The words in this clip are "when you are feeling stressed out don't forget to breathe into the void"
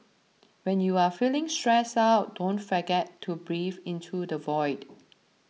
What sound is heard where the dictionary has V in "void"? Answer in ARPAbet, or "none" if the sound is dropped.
V